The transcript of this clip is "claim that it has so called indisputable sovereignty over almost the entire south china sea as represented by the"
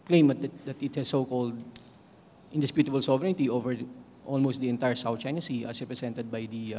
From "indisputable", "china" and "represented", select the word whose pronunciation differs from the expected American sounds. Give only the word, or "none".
represented